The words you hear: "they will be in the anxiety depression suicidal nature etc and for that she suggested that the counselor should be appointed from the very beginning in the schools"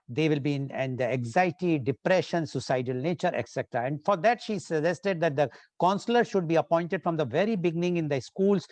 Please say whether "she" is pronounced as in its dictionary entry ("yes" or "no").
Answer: yes